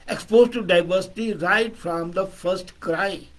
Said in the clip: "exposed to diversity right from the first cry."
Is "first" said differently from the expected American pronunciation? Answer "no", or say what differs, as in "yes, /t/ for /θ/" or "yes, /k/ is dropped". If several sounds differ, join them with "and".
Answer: no